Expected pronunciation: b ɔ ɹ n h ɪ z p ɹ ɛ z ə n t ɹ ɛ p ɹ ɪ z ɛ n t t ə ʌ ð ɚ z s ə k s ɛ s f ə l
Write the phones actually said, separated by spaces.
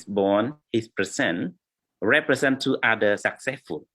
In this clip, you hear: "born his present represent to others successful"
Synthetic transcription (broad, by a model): b ɔ n h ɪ s p ɹ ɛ s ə n ɹ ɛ p ɹ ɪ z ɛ n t t ə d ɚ s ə k s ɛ s f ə l